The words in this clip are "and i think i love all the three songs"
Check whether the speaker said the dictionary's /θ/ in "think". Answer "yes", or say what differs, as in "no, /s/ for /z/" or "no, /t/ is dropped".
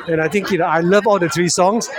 no, /t/ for /θ/